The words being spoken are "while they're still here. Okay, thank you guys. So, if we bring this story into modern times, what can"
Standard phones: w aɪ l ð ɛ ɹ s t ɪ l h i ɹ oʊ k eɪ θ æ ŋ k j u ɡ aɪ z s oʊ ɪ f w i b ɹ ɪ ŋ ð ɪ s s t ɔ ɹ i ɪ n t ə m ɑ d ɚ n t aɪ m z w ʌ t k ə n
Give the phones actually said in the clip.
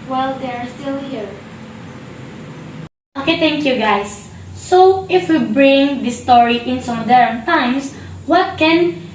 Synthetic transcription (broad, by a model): w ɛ l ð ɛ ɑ s t ɪ l h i ɹ oʊ k eɪ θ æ ŋ k j u ɡ aɪ s oʊ ɪ f w i b ɹ ɪ ŋ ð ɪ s s t ɔ ɹ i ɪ n s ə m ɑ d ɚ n t aɪ m s w ʌ t k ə n